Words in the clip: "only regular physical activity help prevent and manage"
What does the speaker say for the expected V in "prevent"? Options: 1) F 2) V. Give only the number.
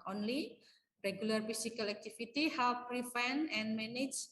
1